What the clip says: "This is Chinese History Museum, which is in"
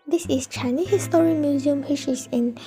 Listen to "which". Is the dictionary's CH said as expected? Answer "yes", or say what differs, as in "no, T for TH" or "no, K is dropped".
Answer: no, SH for CH